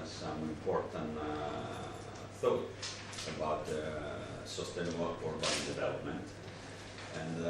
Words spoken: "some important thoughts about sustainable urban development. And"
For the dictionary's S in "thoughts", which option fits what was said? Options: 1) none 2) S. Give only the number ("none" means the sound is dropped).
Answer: 1